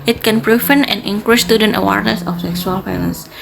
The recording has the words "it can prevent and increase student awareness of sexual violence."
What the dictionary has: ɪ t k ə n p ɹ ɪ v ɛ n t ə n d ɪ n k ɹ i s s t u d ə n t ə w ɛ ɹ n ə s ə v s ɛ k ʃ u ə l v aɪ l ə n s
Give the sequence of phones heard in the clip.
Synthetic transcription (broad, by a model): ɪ t k ə n p ɹ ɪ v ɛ n ə n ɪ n k ɹ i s s t u d ə n t ə w ɛ ɹ n ə s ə f s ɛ k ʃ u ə l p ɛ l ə n s